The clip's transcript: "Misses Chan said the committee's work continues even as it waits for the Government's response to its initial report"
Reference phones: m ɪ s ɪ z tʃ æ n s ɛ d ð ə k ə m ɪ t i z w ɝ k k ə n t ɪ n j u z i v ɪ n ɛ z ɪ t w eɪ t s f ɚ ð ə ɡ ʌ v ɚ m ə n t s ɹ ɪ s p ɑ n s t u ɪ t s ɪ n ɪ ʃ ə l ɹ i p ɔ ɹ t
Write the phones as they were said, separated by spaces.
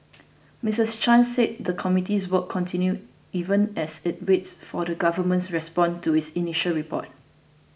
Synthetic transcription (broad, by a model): m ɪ s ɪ s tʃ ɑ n s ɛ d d ə k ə m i t i s w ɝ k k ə n t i n j u i v ɪ n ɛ s ɪ t w eɪ t s f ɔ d ə ɡ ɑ v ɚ m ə n t s ɹ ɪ s p ɑ n t u ɪ t s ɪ n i ʃ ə l ɹ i p ɔ t